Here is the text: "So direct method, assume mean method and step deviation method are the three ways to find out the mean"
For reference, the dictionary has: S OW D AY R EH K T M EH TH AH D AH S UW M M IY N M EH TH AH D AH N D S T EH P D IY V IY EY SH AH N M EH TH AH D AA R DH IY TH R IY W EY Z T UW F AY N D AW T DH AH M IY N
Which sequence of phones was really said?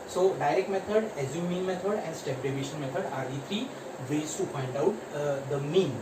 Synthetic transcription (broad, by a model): S OW D AY R EH K T M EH T AH D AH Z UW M M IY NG M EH T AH D AH N D S T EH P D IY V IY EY SH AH N M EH T AH D AA R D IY T R IY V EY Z T UW P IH N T AW T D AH M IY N